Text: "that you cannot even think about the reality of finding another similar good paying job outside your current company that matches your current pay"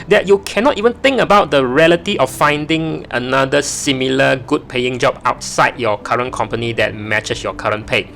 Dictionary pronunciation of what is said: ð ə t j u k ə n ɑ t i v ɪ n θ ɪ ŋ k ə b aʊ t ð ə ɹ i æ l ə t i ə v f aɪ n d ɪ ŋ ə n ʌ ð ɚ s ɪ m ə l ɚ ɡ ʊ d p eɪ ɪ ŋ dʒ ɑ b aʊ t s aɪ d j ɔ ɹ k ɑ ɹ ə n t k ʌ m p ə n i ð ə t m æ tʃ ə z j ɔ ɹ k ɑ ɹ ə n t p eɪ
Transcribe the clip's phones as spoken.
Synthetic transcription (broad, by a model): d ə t j u k ə n ɑ t i v ɪ n t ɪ ŋ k ə b aʊ t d ə ɹ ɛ l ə t i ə f f aɪ n d ɪ ŋ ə n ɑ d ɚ s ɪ m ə l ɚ ɡ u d p eɪ ɪ ŋ dʒ ɑ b aʊ t s aɪ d j ɔ k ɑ ɹ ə n k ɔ m p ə n i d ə t m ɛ tʃ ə s j ɔ k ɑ ɹ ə n p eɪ